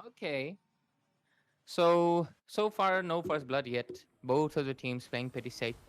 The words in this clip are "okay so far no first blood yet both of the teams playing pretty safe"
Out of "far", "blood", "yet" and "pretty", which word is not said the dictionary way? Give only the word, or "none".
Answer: pretty